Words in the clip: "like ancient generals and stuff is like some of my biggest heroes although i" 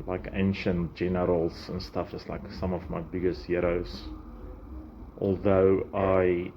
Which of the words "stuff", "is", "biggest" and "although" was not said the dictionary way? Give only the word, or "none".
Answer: is